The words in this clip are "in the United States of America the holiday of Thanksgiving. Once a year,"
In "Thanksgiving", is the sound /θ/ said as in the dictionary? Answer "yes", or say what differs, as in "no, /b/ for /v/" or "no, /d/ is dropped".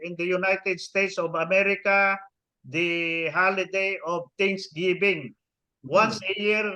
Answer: no, /t/ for /θ/